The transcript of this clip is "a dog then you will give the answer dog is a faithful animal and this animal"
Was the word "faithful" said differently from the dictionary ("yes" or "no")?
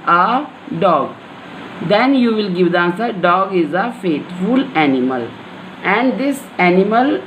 yes